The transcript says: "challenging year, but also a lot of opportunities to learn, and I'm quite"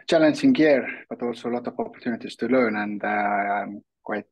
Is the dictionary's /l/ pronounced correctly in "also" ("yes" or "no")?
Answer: yes